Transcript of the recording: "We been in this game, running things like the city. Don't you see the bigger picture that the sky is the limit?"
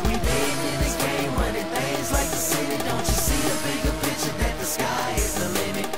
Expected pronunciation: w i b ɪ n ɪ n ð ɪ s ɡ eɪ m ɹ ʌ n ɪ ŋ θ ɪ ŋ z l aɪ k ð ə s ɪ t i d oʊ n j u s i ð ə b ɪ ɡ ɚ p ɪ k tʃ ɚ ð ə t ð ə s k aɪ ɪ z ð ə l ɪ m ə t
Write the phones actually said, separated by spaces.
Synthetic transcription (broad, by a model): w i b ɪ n ɪ n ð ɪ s ɡ eɪ m w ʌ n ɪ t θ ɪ z l aɪ k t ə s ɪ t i d oʊ n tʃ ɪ s i ð ə b ɪ ɡ ɚ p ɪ tʃ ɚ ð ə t ð ə s k aɪ ɪ z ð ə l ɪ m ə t